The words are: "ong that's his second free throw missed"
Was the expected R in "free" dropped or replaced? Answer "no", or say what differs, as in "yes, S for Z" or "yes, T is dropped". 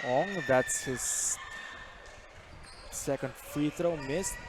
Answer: yes, R is dropped